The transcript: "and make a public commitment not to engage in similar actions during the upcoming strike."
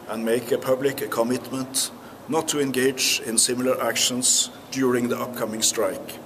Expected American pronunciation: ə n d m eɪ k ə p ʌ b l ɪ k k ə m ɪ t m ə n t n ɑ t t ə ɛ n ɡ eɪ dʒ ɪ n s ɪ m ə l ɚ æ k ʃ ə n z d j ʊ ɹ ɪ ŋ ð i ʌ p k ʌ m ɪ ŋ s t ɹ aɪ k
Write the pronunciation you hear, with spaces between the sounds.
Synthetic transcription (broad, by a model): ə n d m eɪ k ə p ʌ b l ɪ k k ə m ɪ t m ə n t n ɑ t t ə ɛ n ɡ eɪ dʒ ɪ n s ɪ m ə l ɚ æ k ʃ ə n s d j ʊ ɹ ɪ ŋ ð i ʌ p k ʌ m ɪ ŋ s t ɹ aɪ k